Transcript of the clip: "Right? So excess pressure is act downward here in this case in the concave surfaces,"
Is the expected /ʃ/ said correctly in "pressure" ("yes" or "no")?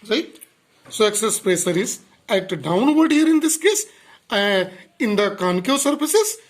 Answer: no